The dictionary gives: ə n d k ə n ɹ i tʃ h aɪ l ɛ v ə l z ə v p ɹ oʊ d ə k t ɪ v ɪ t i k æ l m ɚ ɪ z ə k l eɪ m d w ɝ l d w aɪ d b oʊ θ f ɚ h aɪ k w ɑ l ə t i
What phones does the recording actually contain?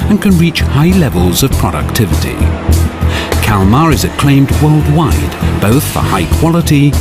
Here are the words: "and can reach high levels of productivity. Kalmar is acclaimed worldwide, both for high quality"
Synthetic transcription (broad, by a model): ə n k ə n ɹ i tʃ h aɪ l ɛ v ə l z ə v p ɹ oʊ d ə k t ɪ v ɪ t i k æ l m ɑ ɪ z ə k l eɪ m d w ɝ l d w aɪ d b oʊ θ f ɚ h aɪ k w ɑ l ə t i